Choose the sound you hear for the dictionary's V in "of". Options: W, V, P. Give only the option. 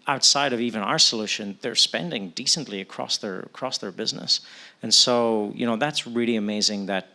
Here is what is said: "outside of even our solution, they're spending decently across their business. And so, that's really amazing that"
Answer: V